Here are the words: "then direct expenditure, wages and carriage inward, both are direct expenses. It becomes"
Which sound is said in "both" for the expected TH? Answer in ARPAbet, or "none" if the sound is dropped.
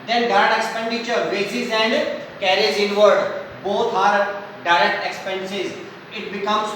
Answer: T